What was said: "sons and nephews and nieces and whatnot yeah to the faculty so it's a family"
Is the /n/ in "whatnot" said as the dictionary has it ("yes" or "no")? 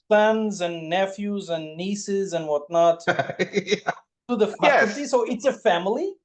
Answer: yes